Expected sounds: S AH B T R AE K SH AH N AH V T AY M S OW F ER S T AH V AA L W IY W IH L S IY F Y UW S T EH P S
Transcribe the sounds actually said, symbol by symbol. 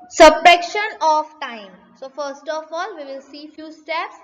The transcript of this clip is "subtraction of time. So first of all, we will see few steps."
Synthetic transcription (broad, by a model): S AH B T R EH K SH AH N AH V T AY M S OW F ER S T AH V AA L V IY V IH L S IY F Y UW S T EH P S